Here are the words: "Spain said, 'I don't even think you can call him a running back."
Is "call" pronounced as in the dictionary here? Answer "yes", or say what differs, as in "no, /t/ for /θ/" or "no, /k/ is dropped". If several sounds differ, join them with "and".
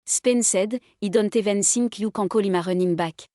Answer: yes